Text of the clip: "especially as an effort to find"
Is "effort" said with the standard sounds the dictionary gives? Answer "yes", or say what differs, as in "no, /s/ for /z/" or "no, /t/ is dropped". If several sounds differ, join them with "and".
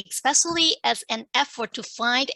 yes